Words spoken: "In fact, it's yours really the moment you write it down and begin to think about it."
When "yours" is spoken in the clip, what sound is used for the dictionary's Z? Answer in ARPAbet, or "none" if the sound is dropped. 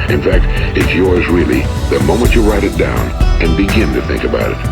Z